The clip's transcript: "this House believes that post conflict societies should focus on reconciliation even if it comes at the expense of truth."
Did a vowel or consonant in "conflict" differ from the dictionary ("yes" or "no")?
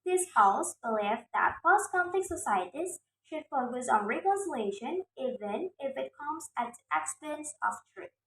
yes